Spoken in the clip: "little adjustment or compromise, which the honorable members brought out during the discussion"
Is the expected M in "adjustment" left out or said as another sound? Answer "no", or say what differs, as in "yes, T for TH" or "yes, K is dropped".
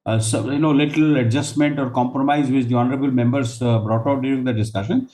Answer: no